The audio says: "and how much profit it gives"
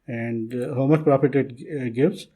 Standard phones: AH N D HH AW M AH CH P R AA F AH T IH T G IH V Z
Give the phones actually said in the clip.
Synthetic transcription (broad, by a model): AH N D HH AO M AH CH P R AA P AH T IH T G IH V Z